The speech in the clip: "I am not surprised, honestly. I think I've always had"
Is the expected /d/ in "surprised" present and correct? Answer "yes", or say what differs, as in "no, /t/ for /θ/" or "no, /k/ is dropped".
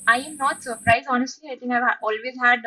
no, /d/ is dropped